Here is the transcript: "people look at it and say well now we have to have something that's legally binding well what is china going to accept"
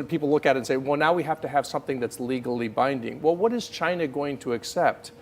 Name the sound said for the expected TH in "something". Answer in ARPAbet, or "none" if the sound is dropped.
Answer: TH